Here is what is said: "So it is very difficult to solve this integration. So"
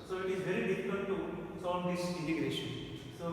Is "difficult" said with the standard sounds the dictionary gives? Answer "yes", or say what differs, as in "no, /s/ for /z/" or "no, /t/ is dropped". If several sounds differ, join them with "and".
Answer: no, /n/ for /l/